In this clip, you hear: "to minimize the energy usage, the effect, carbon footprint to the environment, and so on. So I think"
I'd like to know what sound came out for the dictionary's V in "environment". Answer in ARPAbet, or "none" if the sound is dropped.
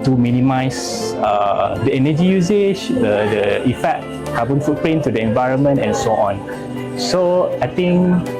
V